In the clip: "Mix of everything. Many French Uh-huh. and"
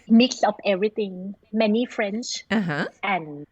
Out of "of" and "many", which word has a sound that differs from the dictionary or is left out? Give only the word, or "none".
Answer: of